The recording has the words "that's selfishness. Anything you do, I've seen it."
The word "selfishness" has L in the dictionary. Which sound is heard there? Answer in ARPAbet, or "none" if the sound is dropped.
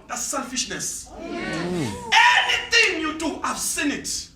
L